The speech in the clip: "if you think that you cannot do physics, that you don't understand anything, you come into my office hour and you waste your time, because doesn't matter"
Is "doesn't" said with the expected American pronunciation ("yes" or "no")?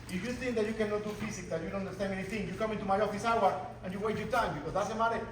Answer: no